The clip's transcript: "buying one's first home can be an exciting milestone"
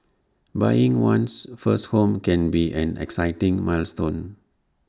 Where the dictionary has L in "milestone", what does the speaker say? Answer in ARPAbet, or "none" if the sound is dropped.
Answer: L